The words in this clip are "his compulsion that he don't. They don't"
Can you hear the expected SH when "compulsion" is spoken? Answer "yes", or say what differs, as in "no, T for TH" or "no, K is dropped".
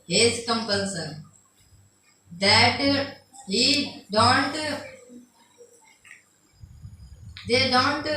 no, S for SH